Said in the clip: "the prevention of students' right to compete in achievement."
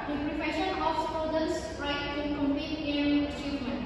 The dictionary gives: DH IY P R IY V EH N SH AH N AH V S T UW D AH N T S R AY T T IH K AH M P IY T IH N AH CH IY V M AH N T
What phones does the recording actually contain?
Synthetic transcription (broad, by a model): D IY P R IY F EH SH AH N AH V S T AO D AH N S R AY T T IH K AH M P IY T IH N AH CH IY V M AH N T